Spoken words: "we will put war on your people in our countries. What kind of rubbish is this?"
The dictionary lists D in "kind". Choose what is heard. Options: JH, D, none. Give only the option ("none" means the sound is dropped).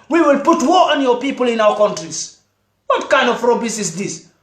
D